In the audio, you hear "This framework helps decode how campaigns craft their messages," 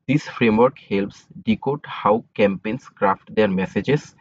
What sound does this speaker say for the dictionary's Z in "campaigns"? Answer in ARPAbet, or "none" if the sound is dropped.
S